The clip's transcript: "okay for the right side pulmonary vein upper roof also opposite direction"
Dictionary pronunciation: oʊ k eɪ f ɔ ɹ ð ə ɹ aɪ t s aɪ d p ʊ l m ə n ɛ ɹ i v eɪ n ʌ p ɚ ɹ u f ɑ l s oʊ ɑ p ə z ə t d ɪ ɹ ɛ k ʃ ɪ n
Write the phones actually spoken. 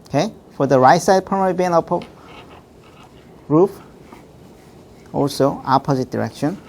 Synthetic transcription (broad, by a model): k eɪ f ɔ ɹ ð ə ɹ aɪ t s aɪ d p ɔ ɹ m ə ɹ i b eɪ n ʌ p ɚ ɹ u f ɑ l s oʊ ɑ p ə z ə t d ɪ ɹ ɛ k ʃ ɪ n